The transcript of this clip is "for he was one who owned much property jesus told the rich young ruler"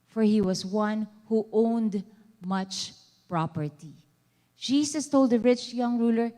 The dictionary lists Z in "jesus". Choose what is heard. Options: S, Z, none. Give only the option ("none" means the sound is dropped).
S